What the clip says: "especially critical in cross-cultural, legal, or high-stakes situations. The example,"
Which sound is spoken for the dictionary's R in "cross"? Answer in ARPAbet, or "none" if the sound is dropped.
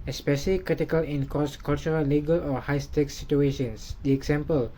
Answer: none